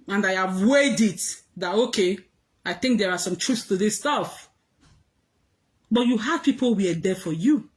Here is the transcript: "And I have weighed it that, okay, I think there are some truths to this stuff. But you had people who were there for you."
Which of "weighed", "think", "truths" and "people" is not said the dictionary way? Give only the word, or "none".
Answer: none